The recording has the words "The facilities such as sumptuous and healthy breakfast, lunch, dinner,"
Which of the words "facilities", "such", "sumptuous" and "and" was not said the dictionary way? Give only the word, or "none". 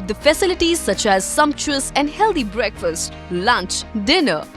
none